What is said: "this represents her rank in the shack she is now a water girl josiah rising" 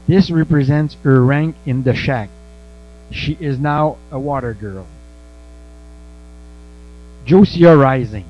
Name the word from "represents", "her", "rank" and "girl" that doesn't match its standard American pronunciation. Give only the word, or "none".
none